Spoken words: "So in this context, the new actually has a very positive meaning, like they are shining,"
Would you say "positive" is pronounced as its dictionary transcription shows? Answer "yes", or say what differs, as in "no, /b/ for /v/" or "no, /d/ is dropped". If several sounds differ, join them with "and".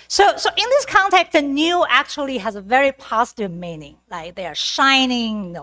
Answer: yes